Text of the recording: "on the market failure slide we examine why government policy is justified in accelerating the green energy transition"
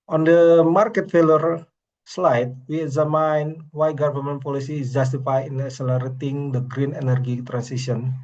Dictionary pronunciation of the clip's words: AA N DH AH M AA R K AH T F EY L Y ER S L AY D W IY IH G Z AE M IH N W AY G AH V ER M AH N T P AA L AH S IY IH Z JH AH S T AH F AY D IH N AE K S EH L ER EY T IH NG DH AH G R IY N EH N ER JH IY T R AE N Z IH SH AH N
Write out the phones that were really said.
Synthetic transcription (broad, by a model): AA N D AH M AA R K AH T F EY L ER S L AY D W IY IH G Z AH M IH N W AY G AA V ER M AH N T P AA L AH S IY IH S JH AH S T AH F AY IH N AE K S EH L ER EY T IH NG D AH G R IY N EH N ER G IY T R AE N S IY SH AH N